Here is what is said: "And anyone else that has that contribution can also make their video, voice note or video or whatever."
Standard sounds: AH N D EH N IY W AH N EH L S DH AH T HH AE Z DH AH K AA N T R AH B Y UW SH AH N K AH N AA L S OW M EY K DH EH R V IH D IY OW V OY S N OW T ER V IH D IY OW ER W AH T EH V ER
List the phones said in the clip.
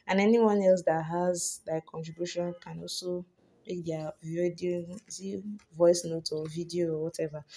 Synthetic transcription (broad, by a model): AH N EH N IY W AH N EH L S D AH T HH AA Z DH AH K AA N T R AH B Y UW SH AH N K AH N AA L S OW M EY K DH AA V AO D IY V OY S N OW T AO V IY D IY OW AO W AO T EH V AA